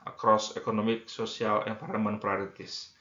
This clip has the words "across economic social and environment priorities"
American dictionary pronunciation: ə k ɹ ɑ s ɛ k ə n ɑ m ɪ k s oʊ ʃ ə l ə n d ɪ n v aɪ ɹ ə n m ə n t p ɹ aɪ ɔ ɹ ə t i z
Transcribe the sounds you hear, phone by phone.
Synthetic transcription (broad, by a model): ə k ɹ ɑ s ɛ k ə n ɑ m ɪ k s oʊ s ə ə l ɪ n p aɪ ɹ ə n m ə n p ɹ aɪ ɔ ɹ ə t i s